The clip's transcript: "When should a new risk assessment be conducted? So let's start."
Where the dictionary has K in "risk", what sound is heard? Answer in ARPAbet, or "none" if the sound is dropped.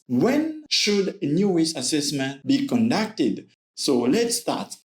none